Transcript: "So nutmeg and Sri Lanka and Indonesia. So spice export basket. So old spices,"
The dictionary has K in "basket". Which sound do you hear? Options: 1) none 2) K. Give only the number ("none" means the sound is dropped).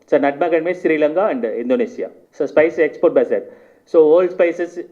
1